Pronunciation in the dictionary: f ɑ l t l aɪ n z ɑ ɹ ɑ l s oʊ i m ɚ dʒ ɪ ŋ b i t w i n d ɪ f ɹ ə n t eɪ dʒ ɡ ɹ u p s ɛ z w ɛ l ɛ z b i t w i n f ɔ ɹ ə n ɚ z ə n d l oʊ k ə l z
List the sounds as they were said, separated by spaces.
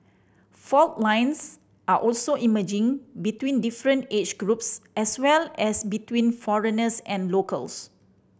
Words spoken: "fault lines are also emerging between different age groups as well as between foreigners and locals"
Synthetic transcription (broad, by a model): f ɑ l t l aɪ n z ɑ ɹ ɑ l s oʊ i m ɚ dʒ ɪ ŋ b i t w i n d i f ɹ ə n t eɪ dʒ ɡ ɹ u p s ɛ s w ɛ l ɛ s b i t w i n f ɔ ɹ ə n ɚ s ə n l oʊ k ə l s